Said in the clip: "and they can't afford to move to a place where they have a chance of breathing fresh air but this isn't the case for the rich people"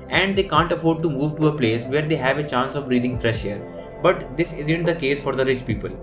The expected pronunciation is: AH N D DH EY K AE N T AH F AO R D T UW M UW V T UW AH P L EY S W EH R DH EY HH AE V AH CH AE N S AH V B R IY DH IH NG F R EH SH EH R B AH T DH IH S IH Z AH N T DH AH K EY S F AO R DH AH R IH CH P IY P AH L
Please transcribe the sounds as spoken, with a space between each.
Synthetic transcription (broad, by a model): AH N D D EY K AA N T AH F AO R D T UW M UW V T UW AH P L EY S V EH R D EY HH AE V AH CH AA N S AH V R IY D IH NG F R EH SH EH R B AH T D IH S IH Z AH N T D AH K EY S F AO R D AH R IH CH P IY P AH L